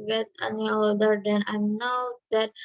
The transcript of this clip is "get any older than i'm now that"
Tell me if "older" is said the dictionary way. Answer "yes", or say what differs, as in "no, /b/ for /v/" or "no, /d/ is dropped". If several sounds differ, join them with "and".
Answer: no, /l/ is dropped